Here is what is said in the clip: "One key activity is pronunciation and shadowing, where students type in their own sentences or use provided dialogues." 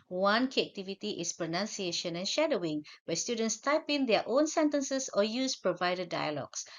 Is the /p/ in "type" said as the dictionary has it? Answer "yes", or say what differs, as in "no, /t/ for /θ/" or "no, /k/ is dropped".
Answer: yes